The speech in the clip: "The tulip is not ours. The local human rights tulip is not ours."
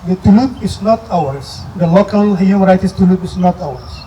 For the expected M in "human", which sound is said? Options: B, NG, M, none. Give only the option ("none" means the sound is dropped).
none